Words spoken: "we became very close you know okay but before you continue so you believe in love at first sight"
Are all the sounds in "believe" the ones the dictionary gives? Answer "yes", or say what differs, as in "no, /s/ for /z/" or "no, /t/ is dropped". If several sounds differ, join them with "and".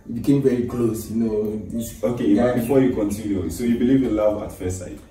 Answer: yes